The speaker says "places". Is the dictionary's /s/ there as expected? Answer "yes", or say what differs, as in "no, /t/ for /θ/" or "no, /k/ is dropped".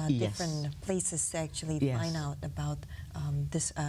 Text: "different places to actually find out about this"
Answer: yes